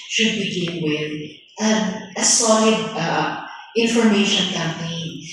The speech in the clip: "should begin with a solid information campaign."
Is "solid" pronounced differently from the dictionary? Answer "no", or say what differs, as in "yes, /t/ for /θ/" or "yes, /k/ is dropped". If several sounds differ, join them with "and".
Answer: yes, /d/ is dropped